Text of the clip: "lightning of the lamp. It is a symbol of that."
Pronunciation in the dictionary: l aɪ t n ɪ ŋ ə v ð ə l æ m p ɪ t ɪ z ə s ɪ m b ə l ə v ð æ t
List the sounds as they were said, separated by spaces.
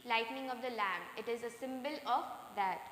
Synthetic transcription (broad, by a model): l aɪ t n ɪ ŋ ə v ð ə l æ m ɪ t ɪ z ə s ɪ m b ə l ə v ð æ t